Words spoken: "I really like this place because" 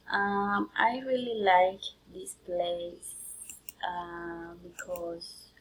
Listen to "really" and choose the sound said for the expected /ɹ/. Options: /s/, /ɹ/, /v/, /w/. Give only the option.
/ɹ/